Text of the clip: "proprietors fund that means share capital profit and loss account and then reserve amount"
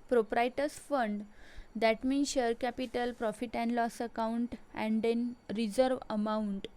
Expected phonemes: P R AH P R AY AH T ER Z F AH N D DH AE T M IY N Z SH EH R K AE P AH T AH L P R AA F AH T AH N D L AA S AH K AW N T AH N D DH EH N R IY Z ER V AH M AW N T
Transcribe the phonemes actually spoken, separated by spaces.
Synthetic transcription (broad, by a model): P R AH P R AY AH T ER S F AH N D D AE T M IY N SH EH R K AE P AH T AH L P R AA F AH T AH N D L AA S AH K AW N T AH N D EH N R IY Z ER V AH M AW N T